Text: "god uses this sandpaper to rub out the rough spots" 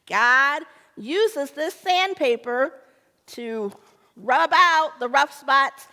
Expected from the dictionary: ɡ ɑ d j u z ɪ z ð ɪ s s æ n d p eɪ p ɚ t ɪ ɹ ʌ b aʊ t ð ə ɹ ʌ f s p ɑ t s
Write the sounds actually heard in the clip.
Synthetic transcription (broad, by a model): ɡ ɑ d j u z ɪ z ð ɪ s s æ n p eɪ p ɚ t ɪ ɹ ʌ b aʊ t ð ə ɹ ʌ f s p ɑ t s